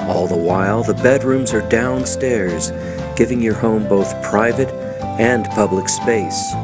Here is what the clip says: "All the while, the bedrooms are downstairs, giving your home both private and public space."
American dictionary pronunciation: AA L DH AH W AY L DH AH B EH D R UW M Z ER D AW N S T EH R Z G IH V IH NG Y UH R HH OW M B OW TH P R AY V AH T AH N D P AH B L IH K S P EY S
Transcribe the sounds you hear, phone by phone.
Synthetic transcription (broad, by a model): AA L DH AH W AY L DH AH B EH D R UW M Z ER D AW N S T EH R Z G IH V IH NG Y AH R HH OW M B OW TH P R AY V AH T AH N P AH B L IH K S P EY S